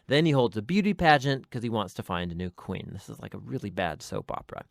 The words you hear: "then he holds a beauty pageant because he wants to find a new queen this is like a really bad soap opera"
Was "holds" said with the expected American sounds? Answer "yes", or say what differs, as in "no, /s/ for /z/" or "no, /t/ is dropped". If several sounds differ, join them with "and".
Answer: yes